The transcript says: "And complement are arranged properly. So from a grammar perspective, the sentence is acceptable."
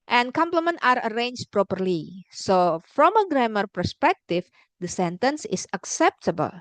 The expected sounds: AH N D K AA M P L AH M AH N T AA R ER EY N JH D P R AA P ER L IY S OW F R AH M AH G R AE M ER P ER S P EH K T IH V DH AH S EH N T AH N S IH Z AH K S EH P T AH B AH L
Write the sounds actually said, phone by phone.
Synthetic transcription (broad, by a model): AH N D K AA M P L AH M AH N T AA R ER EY N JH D P R AA P ER L IY S OW F R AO M AH G R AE M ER P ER S P EH K T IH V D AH S EH N T AH N S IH S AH K S EH P T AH B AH L